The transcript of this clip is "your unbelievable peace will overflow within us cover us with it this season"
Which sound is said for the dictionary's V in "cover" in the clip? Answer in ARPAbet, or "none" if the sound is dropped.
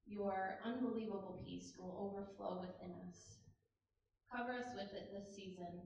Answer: V